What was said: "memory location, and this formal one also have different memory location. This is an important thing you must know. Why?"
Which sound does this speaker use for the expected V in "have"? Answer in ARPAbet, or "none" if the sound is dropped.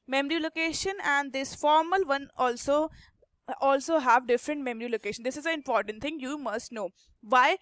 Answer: V